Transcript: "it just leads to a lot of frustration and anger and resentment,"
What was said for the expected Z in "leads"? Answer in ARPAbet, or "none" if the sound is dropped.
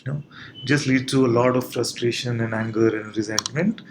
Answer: none